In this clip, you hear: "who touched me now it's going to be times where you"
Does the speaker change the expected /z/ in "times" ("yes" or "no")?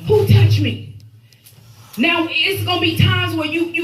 no